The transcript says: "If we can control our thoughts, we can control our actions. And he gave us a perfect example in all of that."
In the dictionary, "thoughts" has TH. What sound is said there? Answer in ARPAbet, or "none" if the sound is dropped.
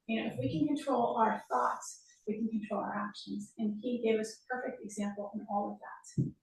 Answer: TH